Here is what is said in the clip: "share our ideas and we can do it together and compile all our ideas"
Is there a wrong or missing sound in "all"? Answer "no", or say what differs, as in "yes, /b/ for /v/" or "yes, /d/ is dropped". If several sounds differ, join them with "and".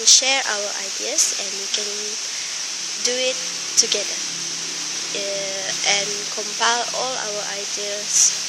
no